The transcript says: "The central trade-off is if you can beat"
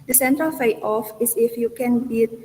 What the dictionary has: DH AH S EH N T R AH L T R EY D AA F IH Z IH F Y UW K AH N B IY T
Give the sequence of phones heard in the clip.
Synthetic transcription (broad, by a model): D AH S EH N T R AH L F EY AA F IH S IH F Y UW K AH N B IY